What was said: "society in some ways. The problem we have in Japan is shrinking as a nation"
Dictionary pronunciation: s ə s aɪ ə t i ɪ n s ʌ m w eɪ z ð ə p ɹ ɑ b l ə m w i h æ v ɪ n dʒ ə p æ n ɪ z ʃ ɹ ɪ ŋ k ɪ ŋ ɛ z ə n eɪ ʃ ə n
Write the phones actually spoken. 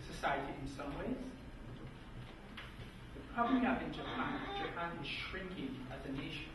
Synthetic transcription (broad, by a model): s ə s aɪ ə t i ɪ n s ʌ m w eɪ z ð ə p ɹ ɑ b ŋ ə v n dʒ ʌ p ɪ n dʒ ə p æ n ɪ z ʃ ɹ ɪ ŋ k ɪ ŋ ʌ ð ə n eɪ ʃ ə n